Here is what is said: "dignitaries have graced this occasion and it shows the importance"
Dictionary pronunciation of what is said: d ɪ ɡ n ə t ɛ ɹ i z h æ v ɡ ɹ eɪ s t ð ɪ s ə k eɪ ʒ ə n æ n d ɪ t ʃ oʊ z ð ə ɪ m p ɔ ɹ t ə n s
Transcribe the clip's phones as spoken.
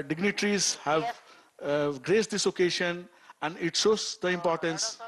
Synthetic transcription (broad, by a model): d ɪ ɡ n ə t ɹ i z h æ v ɡ ɹ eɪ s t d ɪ s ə k eɪ ʃ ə n æ n d ɪ t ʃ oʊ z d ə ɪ m p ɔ ɹ t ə n s